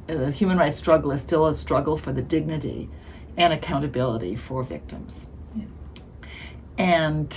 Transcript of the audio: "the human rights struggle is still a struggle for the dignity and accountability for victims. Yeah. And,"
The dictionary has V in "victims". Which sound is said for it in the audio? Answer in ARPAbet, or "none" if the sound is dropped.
V